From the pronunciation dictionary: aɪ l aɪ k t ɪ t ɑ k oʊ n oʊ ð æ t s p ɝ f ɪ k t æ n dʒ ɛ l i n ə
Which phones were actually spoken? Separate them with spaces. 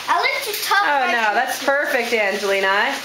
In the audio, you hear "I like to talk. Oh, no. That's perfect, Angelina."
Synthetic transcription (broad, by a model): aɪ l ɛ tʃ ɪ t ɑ oʊ n oʊ ð æ t s p ɝ f ɪ k t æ n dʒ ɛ l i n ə